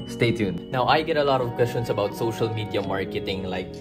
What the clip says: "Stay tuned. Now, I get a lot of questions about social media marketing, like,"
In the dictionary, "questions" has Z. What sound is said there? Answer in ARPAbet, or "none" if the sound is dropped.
S